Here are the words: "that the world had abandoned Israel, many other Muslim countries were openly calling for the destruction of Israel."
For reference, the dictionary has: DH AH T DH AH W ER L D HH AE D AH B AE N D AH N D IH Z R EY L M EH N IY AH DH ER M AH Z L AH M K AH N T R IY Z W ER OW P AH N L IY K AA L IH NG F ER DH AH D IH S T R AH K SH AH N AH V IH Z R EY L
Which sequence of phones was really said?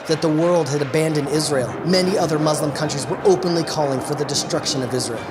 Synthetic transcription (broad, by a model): DH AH T DH AH W ER L D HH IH D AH B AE N D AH N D IH Z R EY L M EH N IY AH DH ER M AH Z L AH M K AH N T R IY Z W ER OW P AH N L IY K AA L IH NG F ER DH AH D IH S T R AH K SH AH N AH V IH Z R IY L